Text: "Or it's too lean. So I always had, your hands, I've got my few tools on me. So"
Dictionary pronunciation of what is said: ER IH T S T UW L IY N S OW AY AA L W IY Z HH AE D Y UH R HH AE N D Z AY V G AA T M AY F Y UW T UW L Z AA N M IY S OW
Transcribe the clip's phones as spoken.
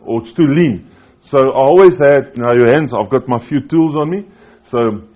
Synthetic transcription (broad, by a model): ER IH T S T UW L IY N S OW AY AA L W IY Z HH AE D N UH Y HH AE N D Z AY V G AA T M AY F Y UW T UW L Z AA N M IY S OW